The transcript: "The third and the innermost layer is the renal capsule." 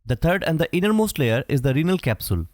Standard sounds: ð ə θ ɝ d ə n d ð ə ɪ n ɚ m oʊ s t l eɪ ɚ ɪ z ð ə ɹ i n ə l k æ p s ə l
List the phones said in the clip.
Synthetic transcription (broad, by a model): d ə t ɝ d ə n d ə ɪ n ɚ m oʊ s t l eɪ ɚ ɪ z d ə ɹ i n ə l k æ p s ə l